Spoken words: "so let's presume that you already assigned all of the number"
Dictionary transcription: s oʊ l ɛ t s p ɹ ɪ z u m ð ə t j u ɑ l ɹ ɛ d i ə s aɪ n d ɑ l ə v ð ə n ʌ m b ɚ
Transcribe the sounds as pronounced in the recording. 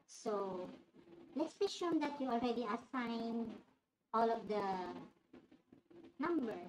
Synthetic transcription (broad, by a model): s oʊ l ɛ t s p ɪ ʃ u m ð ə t j u ɑ l ɹ ɛ d i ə s aɪ n ɑ l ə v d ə n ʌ m b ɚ